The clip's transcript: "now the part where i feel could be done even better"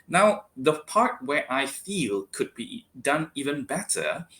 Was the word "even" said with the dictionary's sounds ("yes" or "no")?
yes